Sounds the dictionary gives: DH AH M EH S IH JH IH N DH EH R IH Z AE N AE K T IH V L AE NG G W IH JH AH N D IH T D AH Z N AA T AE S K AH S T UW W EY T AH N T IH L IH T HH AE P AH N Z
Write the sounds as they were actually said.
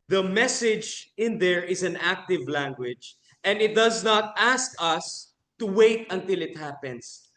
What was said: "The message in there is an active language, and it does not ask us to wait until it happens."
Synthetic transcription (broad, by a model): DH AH M EH S IH JH IH N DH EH R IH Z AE N AE K T IH V L AE NG G W IH JH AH N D IH T D AH Z N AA T AE S K AH S T UW W EY T AH N T IH L IH T HH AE P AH N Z